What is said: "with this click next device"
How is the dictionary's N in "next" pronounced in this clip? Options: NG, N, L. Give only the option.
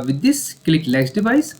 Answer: L